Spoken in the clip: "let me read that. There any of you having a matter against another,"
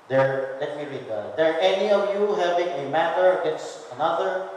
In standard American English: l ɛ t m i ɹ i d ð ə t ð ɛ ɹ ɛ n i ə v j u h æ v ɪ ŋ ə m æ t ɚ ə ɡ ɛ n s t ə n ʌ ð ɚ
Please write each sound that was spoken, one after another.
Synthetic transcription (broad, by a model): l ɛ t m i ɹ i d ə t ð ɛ ɹ ɛ n i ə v j u h æ v ɪ ŋ ə m æ t ɚ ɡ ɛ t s ə n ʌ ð ɚ